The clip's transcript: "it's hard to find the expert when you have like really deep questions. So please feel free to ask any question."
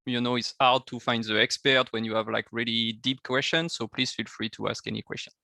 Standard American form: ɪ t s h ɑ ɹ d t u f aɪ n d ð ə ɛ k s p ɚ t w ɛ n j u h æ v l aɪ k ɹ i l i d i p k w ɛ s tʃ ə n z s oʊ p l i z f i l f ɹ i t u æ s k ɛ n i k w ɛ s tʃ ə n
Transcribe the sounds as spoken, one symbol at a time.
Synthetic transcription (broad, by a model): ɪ t s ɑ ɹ d t u f aɪ n d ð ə ɛ k s p ɚ t w ɛ n j u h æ v l aɪ k ɹ i l i d i p k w ɛ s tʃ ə n s oʊ p l i z f i l f ɹ i t u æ s k ɛ n i k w ɛ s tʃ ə n